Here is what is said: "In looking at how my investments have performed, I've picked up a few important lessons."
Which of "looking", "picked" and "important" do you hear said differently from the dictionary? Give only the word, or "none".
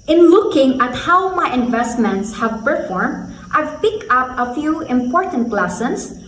picked